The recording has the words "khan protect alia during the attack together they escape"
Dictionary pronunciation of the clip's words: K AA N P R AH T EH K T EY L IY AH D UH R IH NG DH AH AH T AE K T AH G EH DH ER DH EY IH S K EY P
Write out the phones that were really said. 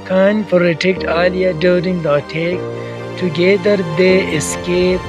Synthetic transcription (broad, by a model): K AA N F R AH T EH K T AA L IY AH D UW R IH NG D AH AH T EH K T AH G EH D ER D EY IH S K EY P